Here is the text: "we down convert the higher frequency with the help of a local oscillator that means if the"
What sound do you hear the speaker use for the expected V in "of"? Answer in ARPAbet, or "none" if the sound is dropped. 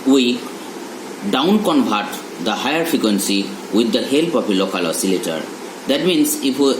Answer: P